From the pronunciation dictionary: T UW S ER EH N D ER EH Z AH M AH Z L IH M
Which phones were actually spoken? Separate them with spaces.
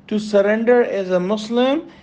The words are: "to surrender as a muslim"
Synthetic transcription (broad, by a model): T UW S ER EH N D ER EH Z AH M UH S L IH M